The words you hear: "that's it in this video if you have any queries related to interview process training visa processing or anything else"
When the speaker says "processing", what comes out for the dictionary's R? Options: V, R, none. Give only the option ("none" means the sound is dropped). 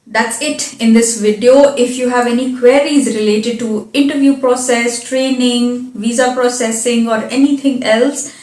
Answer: R